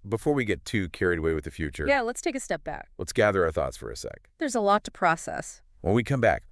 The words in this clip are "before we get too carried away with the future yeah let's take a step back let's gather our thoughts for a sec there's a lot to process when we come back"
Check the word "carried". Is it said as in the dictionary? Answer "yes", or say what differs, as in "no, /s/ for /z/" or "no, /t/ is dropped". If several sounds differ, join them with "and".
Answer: yes